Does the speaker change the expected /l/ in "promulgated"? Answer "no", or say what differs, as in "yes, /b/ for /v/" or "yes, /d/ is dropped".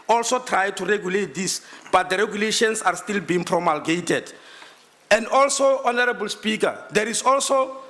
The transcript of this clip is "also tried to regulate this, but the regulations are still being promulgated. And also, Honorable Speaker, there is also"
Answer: no